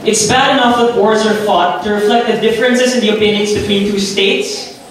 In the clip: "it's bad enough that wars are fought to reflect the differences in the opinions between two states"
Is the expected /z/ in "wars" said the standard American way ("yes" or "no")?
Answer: yes